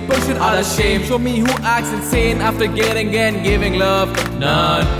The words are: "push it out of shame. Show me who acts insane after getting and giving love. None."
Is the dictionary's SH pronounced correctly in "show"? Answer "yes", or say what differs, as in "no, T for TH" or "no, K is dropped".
no, S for SH